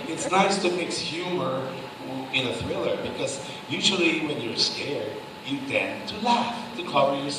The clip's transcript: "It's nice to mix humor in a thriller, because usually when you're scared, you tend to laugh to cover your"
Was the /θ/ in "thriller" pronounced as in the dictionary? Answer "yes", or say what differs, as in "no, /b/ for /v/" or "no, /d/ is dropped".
yes